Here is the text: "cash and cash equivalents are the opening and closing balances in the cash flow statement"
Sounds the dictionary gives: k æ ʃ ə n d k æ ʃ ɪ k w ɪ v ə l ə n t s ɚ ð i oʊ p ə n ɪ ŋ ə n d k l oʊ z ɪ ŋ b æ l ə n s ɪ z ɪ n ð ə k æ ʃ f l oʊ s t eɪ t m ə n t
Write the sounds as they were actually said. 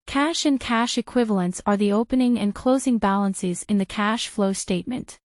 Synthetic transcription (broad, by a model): k æ ʃ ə n k æ ʃ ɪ k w ɪ v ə l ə n t s ɚ ð i oʊ p ə n ɪ ŋ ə n k l oʊ z ɪ ŋ b æ l ə n s ɪ z ɪ n ð ə k æ ʃ f l oʊ s t eɪ t m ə n t